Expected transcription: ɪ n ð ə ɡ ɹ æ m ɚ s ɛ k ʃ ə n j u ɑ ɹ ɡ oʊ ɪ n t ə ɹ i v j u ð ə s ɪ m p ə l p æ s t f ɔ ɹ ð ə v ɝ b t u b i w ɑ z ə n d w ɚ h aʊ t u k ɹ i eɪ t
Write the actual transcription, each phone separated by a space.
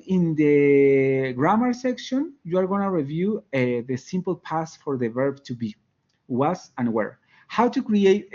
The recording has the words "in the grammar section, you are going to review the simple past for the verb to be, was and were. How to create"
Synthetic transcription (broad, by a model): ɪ n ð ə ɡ ɹ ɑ m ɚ s ɛ k ʃ ə n j u ɑ ɹ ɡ oʊ n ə ɹ i v j u ð ə s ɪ m p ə l p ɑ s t f ɔ ɹ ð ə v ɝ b t u b i w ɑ s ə n w ɚ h aʊ t u k ɹ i eɪ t